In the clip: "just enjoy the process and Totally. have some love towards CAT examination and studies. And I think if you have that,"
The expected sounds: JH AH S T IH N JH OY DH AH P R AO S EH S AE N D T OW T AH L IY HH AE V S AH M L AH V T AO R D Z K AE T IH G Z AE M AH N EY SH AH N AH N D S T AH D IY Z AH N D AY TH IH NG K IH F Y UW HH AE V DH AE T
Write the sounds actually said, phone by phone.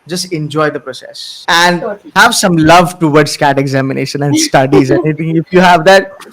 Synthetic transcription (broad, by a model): JH AH S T IH N JH OY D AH P R AO S EH S AE N D HH AE V S AH M L AH V T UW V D S K AE T IH G Z AE M AH N EY SH AH N AH N D S T AH D IY Z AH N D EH T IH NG IH F Y UW HH AE V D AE T